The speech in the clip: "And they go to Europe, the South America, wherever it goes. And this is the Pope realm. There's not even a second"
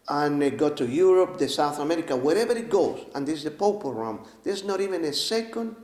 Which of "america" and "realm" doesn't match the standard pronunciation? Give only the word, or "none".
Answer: realm